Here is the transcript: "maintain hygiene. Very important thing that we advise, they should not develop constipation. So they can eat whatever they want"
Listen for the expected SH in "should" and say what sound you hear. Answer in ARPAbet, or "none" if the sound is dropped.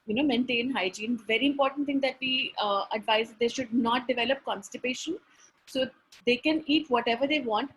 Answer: SH